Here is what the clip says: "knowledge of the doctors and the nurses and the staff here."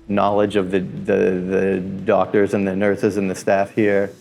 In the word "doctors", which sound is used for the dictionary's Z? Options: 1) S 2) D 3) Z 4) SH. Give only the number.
3